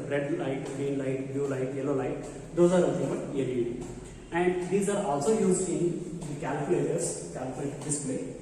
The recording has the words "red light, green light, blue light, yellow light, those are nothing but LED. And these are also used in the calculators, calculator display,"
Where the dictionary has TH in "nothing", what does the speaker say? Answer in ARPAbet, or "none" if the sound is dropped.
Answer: F